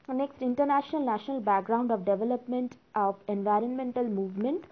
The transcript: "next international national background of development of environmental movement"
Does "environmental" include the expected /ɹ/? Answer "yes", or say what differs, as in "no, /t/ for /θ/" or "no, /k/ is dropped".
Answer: yes